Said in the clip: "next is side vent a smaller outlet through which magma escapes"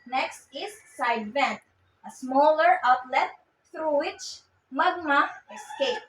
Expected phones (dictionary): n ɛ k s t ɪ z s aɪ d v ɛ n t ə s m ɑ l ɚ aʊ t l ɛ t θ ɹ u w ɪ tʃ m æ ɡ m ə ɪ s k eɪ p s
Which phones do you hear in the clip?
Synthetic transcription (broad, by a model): n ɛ k s t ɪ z s aɪ d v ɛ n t ə s m ɑ l ɚ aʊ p l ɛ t t ɹ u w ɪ tʃ m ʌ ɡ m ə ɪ s k eɪ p